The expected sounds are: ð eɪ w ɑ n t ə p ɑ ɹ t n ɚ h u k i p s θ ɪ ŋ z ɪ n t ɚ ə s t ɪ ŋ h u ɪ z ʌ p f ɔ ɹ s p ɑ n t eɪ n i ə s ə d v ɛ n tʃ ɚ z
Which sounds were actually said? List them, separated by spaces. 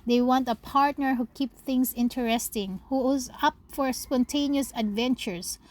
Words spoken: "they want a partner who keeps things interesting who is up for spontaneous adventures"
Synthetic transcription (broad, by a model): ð eɪ w ɑ n t ə p ɑ ɹ t n ɚ h u k i p θ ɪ ŋ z ɪ n t ɚ ə s t ɪ ŋ h u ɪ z ʌ p f ɔ ɹ s p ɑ n t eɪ n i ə s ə d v ɛ n tʃ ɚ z